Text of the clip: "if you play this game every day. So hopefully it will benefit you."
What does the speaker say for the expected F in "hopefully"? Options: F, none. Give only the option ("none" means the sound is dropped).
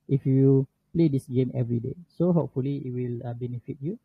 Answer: F